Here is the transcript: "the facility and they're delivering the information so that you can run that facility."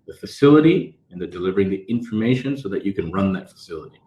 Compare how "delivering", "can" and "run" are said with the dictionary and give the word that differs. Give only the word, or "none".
none